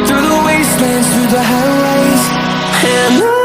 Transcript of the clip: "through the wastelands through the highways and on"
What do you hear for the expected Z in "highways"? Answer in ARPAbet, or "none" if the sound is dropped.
none